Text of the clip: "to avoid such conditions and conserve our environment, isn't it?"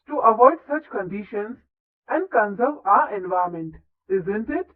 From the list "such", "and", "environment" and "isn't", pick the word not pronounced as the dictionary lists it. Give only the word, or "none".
environment